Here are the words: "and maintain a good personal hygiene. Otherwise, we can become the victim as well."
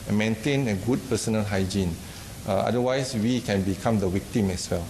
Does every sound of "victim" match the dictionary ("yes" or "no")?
no